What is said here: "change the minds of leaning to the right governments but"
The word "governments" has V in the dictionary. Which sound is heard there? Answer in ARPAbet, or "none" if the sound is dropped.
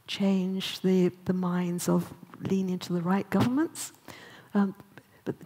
V